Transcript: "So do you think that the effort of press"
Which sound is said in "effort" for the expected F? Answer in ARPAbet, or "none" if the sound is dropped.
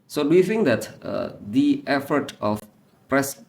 F